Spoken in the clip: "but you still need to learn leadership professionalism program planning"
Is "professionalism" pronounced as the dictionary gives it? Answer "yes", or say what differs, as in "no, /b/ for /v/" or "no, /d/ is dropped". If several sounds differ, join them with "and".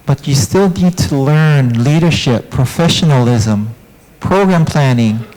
yes